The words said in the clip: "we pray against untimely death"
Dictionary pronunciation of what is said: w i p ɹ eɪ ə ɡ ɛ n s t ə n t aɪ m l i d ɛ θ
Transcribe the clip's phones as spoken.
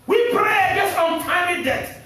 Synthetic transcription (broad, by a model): w i p ɹ eɪ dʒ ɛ s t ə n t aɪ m i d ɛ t